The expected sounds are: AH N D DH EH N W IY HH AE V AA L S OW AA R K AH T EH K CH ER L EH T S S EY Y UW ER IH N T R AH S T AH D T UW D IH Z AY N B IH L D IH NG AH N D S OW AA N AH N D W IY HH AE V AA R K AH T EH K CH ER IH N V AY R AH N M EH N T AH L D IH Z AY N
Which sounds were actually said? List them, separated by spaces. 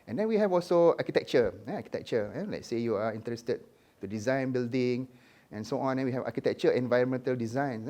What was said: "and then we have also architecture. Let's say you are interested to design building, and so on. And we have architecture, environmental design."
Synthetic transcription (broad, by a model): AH N D EH N W IY HH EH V AA L S OW AA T K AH T EH K CH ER L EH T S S EY Y UW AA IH N T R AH S T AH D T UW D IH Z AY N B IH L D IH NG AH N S OW AA N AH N W IY HH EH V AA K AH T EH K CH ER IH N V AY R AH N M EH N T AH L D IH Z AY N